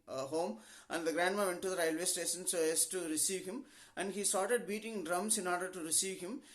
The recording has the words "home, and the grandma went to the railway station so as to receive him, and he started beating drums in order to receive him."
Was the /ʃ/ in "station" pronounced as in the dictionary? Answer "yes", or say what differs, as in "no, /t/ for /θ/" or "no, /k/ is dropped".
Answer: no, /s/ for /ʃ/